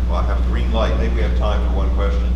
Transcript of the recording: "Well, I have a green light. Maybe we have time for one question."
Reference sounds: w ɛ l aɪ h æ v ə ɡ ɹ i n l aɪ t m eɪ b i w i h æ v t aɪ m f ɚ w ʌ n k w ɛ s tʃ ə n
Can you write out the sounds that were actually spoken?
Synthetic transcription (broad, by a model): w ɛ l aɪ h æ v ə ɡ ɹ i n l aɪ t m eɪ b i w i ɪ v t aɪ m f ɚ w ʌ n k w ɛ s tʃ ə n